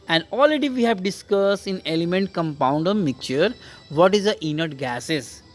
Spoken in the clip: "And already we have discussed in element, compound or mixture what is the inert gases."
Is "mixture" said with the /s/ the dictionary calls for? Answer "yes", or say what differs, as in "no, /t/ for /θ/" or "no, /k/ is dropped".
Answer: no, /s/ is dropped